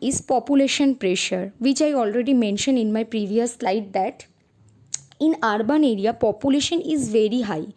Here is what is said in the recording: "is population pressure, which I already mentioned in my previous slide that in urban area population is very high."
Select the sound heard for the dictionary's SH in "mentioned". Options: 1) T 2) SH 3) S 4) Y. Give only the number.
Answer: 2